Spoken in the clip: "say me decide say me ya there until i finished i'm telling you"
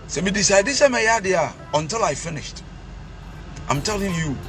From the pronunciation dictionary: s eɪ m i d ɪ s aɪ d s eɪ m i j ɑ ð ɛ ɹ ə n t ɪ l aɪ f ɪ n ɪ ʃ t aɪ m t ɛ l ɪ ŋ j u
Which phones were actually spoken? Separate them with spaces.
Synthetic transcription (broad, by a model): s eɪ m i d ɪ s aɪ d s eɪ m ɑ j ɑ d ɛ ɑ ə n t ɪ l aɪ f ɪ n ɪ ʃ t aɪ m t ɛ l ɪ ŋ j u